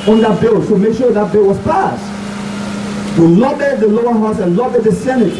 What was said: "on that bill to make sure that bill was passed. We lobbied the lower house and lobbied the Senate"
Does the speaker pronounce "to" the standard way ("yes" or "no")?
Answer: no